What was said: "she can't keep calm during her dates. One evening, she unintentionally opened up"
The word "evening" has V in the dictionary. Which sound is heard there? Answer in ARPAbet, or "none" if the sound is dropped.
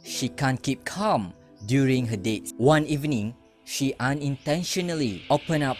V